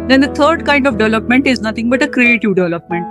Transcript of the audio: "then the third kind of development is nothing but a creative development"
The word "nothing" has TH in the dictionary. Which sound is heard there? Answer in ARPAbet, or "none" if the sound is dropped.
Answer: T